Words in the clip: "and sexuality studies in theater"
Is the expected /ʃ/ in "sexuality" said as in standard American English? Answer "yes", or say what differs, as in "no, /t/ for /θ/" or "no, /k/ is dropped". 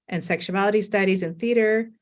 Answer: yes